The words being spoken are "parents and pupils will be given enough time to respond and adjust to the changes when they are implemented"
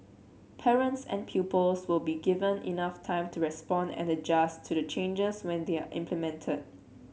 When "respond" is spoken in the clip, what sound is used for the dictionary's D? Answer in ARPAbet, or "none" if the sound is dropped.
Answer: D